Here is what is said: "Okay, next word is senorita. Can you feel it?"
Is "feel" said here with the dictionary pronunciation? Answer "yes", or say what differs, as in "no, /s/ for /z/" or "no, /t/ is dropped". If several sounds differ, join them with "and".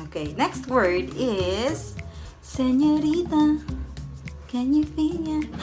no, /n/ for /l/